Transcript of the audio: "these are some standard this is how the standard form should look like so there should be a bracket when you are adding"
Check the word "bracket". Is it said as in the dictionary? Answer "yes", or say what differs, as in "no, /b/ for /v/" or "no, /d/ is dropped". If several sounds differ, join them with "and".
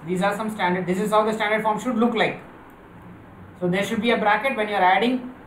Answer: yes